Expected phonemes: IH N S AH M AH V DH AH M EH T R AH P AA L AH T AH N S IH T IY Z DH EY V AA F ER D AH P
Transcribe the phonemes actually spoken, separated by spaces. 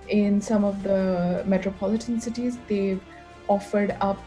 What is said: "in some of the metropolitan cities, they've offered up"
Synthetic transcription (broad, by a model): IH N S AH M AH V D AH M EH T R AH P AA L AH T AH N S IH T IY Z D EY AA F ER D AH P